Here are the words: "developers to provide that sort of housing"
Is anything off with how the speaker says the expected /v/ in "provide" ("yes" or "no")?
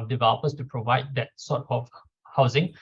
no